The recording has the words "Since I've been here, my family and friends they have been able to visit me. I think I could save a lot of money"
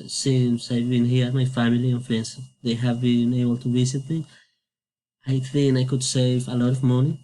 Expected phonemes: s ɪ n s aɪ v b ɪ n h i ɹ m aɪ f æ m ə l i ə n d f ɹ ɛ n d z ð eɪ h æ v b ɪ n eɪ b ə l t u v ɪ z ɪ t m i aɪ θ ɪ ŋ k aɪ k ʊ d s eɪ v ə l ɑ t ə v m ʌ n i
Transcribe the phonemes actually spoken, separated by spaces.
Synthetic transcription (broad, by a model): s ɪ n s aɪ v b ɪ n h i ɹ m aɪ f æ m ə l i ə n f ɹ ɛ n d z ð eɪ h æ v b ɪ n eɪ b ə l t u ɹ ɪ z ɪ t m i aɪ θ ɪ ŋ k aɪ k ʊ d s eɪ v ə l ɑ t ə v m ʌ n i